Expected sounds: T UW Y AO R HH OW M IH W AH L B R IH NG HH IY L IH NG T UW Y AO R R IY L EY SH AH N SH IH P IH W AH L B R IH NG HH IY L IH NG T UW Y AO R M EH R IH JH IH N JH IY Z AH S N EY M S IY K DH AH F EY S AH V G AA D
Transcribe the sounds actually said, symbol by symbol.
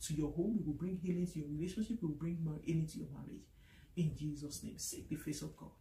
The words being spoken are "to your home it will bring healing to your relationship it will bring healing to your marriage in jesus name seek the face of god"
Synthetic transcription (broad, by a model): T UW Y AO HH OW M IH W AH L B R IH NG HH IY L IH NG T UW Y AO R R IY L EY SH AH N SH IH P IH W AH L B R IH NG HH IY L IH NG T UW Y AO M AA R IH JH IH N JH IY Z AH S N EY M S IY K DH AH F EY S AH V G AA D